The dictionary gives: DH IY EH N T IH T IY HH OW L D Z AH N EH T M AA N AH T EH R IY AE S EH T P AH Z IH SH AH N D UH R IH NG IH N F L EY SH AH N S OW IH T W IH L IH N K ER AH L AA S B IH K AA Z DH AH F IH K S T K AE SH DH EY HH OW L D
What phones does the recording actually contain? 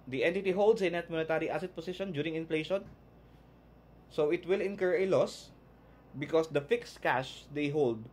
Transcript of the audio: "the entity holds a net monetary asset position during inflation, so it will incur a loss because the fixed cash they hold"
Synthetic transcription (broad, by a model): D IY EH N T IH T IY HH OW L D S AH N EH T M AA N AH T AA R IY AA S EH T P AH S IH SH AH N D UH R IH NG IH N F L EY SH AH N S OW IH T W IH L IH N K ER AH L AA S B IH K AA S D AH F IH K S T K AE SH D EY HH OW L D